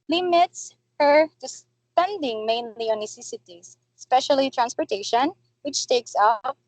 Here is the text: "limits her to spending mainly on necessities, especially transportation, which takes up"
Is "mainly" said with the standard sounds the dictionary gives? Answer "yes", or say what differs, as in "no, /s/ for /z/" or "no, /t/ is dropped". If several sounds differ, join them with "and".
yes